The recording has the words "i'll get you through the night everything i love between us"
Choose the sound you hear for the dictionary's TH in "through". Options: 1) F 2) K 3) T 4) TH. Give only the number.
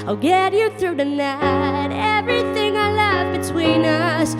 4